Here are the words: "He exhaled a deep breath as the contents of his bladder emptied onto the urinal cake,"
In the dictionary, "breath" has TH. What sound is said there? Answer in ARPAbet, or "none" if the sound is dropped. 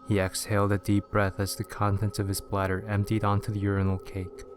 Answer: TH